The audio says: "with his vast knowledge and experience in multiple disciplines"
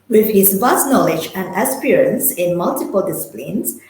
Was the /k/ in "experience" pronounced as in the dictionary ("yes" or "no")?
no